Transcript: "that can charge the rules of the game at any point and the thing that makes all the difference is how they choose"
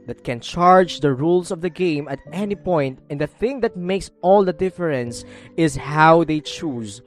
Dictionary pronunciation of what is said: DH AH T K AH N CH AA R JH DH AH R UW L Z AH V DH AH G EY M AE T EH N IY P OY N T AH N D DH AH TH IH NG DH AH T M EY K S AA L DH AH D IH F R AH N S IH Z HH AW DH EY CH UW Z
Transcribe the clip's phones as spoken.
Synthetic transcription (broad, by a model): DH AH T K AH N CH AA R JH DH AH R UW L S AH V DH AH G EY M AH T EH N IY P OY N T AH N D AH TH IH NG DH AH T M EY K S AA L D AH D IH F R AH N S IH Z HH AW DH EY CH UW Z